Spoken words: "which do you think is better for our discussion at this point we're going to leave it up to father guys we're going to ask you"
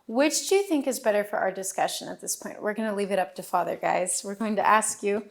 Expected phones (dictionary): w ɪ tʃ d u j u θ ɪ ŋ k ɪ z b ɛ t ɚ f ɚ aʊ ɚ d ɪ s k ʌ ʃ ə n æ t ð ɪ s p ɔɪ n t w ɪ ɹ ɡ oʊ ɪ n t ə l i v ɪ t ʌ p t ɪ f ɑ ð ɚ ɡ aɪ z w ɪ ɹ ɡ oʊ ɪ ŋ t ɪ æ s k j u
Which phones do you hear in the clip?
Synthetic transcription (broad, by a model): w ɪ tʃ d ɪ j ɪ θ ɪ ŋ k ɪ z b ɛ t ɚ f ɚ aʊ ɚ d ɪ s k ʌ ʃ ə n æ t ð ɪ s p ɔɪ n t w ɪ ɹ ɡ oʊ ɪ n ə l i v ɪ t ʌ p t ɪ f ɑ ð ɚ ɡ aɪ z w ɪ ɹ ɡ oʊ ɪ ŋ t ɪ æ s k j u